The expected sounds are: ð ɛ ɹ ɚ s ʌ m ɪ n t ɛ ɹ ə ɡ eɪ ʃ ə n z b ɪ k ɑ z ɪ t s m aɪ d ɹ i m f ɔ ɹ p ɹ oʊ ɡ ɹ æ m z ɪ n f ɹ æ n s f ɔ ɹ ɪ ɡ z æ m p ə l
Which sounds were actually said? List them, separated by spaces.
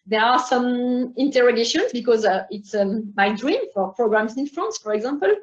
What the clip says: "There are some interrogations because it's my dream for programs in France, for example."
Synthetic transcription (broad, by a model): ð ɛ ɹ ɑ s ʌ m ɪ n t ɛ ɹ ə ɡ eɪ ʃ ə n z b ɪ k ɑ z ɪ t s m aɪ d ɹ i m f ɔ ɹ p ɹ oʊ ɡ ɹ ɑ m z ɪ n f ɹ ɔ n s f ɔ ɹ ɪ ɡ z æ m p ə l